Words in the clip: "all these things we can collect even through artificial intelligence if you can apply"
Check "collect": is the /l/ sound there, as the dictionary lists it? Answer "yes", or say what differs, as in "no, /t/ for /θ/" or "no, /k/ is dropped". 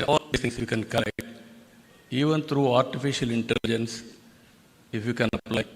no, /l/ is dropped